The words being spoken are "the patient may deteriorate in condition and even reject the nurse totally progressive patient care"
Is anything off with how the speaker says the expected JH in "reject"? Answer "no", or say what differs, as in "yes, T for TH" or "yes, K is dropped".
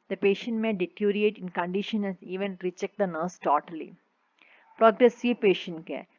yes, CH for JH